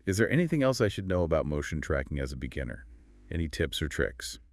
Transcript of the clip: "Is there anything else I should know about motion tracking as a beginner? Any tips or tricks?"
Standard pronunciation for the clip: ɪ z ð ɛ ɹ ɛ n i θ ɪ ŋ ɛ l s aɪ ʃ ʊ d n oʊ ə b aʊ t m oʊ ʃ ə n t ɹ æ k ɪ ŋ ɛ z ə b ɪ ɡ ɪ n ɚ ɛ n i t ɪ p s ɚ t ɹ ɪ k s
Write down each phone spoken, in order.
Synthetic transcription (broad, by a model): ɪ z ð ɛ ɹ ɛ n i θ ɪ ŋ ɛ l s aɪ ʃ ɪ d n oʊ ə b aʊ t m oʊ ʃ n t ɹ æ k ɪ ŋ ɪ z ə b ɪ ɡ ɪ n ɚ ɛ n i t ɪ p s ɚ t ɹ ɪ k s